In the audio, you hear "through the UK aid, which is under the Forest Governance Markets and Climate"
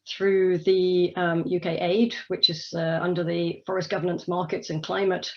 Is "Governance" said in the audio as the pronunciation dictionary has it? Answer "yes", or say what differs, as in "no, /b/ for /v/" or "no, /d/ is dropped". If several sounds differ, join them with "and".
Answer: yes